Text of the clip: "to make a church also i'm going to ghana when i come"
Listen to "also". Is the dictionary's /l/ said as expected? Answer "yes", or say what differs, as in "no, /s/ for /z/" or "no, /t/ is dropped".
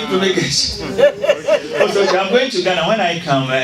no, /l/ is dropped